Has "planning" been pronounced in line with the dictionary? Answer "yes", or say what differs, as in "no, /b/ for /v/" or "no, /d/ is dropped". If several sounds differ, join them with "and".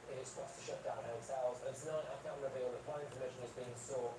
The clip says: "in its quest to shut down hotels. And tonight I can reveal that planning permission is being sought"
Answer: no, /n/ is dropped